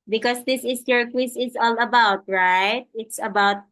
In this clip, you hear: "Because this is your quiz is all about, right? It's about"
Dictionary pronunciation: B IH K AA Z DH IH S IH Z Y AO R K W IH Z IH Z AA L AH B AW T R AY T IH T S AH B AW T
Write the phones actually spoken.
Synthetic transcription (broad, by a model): B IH K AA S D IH S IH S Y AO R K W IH S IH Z AA L AH B AW T R AY T IH T S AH B AW T